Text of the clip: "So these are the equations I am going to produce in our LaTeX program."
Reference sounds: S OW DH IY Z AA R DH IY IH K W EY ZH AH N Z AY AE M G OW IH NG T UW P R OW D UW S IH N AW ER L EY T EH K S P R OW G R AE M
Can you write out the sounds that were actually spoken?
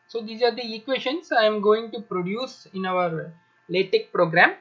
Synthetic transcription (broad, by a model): S OW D IY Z AA R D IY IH K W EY SH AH N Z AY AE M G OW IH NG T UW P R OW D UW S IH N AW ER L EY T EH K P R OW G R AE M